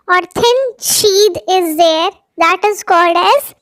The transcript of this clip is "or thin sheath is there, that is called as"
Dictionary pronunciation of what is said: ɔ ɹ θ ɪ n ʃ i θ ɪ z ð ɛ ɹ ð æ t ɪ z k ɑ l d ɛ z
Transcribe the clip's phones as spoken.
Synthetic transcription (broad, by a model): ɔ ɹ t ɪ n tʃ i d ɪ z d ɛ ɹ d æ t ɪ z k ɑ l d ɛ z